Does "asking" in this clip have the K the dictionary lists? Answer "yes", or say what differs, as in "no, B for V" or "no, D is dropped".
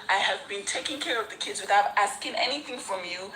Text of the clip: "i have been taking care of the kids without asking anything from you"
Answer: yes